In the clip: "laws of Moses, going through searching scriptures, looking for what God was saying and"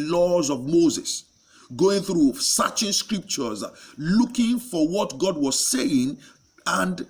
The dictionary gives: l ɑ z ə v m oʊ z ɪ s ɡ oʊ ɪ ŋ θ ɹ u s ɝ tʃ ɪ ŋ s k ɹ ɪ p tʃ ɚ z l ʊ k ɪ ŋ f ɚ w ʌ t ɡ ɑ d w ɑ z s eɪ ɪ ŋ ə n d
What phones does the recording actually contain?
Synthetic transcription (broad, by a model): l ɑ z ə v m oʊ z ɪ s ɡ oʊ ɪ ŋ θ ɹ u s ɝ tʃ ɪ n s k ɹ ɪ p tʃ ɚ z l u k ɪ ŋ f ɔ w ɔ t ɡ ɑ d w ɑ z s eɪ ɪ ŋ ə n d